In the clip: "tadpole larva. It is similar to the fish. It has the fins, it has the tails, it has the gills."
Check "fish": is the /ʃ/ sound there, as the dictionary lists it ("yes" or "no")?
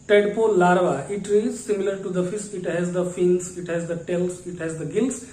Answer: no